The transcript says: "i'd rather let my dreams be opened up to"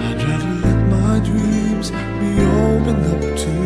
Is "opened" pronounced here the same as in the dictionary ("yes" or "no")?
no